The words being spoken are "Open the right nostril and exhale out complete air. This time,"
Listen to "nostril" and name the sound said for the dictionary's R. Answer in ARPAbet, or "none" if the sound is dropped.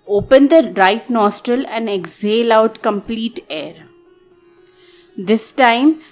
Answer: R